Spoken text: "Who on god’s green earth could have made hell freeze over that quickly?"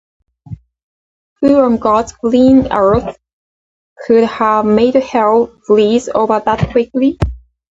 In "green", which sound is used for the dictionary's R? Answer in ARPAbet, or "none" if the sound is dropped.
L